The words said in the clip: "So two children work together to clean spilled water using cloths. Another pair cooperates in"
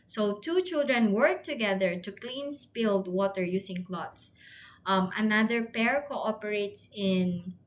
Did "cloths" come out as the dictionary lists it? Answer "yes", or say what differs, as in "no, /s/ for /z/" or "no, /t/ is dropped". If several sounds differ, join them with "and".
no, /t/ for /θ/